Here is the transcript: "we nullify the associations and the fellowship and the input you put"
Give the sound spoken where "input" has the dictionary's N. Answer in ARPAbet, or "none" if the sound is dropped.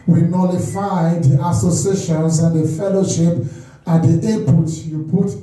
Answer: none